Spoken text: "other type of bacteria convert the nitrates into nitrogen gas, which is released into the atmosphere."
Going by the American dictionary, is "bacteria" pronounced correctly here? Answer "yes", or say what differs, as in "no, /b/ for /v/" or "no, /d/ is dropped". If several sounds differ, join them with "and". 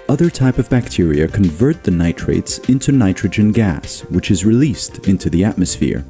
yes